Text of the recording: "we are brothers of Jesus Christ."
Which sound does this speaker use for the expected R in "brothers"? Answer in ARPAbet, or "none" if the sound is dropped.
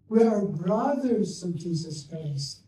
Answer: R